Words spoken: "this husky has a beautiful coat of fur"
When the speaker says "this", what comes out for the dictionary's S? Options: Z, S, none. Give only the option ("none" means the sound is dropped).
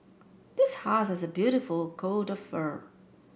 S